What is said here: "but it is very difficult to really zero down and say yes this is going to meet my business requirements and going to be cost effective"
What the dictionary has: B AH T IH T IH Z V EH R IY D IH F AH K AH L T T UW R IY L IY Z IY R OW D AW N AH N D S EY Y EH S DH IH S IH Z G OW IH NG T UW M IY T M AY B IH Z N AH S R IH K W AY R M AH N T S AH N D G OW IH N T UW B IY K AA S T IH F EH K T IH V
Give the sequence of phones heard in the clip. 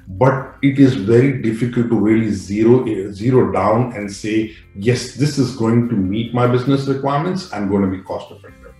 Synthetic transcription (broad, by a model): B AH T IH T IH Z V EH R IY D IH F AH K AH L T T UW L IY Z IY Z IY R OW D AW N AH N D S EY Y EH S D IH S IH Z G OW IH NG T UW M IY T M AY B IH Z N AH S R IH K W AY R M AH N T S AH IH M G OW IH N T UW B IY K AA S T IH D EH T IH